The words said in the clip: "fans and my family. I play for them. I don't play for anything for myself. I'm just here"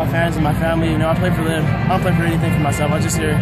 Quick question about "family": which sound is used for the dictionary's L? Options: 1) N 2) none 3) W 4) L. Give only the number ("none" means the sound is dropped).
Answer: 1